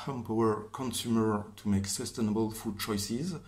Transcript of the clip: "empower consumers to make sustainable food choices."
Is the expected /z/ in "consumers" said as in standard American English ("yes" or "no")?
no